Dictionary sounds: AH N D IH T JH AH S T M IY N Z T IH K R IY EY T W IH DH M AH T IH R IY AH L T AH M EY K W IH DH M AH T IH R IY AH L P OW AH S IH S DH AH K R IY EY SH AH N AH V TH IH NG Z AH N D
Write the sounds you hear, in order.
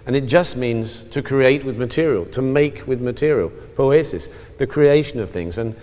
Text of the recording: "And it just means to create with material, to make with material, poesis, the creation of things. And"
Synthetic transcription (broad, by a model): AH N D IH T JH AH S T M IY N Z T IH K R IY EY T W IH DH M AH T IH R IY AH L T AH M EY K W IH DH M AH T IH R IY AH L P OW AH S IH S DH AH K R IY EY SH AH N AH V TH IH NG Z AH N